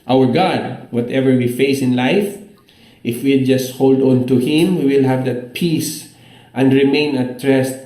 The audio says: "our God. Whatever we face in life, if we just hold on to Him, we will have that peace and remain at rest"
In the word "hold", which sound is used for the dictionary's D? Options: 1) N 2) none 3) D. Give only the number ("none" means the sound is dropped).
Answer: 3